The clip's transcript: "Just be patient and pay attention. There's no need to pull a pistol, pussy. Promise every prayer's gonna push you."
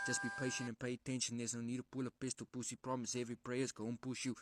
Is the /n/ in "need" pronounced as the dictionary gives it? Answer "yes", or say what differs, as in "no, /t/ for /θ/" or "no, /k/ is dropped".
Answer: yes